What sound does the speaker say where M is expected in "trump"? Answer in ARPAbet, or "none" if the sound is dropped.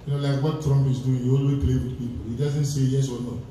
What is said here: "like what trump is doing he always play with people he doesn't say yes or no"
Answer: M